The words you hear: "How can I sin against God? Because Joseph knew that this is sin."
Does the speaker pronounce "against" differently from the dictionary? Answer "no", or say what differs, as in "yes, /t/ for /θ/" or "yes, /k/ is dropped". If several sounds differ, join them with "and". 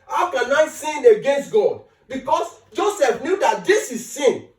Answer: no